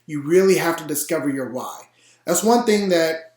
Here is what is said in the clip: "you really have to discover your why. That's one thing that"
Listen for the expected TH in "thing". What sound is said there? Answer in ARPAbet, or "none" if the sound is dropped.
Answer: TH